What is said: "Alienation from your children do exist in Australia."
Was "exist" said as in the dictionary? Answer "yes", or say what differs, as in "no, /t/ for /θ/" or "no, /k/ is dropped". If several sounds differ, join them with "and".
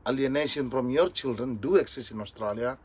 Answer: no, /t/ is dropped